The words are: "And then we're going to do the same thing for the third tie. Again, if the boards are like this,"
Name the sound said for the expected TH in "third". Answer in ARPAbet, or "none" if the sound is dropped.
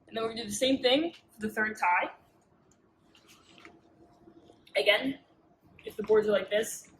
TH